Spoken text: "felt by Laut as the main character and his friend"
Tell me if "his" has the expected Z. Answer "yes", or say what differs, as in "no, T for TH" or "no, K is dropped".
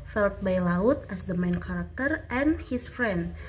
no, S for Z